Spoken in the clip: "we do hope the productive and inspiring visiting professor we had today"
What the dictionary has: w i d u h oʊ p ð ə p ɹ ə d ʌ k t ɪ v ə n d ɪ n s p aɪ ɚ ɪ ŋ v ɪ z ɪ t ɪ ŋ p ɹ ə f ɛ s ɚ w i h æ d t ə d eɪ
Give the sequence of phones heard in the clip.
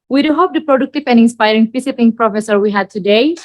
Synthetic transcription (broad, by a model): w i d u h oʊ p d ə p ɹ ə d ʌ k t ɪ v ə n ɪ n s p aɪ ɚ ɪ ŋ f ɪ s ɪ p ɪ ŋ p ɹ ə f ɛ s ɚ w i h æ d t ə d eɪ